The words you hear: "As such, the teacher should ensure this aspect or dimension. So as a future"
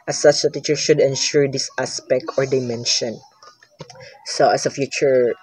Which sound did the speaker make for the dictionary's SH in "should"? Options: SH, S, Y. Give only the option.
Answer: S